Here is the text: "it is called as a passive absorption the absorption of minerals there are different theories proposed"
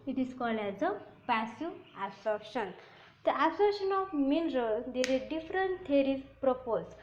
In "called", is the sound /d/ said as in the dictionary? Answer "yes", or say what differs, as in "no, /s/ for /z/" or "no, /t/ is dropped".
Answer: no, /d/ is dropped